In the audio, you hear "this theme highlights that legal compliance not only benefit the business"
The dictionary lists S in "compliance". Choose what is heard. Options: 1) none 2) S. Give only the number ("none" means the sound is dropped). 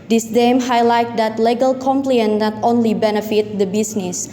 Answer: 1